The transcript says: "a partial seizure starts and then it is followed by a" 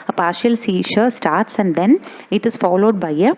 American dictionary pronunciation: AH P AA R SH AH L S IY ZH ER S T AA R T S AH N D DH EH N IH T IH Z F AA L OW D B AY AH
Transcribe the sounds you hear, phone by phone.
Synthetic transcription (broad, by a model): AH P AA R SH AH L S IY SH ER S T AA R T S AH N D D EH N IH T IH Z F AA L OW D B AY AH